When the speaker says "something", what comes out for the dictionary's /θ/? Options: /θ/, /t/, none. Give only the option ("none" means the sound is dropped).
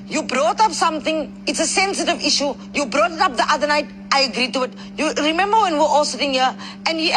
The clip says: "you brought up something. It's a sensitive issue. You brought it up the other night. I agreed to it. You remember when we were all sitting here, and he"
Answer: /t/